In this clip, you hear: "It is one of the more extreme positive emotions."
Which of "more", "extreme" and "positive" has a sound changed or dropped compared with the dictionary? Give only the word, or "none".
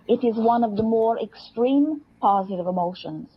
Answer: none